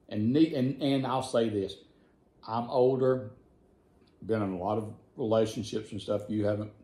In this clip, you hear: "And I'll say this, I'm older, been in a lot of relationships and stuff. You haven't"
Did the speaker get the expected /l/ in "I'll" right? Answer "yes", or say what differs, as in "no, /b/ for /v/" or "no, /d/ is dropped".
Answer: yes